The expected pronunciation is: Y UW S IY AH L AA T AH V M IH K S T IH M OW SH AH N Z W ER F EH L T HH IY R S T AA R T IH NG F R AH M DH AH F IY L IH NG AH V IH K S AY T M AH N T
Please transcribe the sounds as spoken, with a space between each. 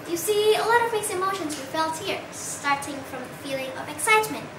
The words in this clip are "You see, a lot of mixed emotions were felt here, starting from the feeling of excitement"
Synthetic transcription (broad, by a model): Y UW S IY AH L AA T AH V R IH S IH M OW SH AH N Z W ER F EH L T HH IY R S T AA R T IH NG F R AH M DH AH F IY L IH NG AH V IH K S AY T M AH N T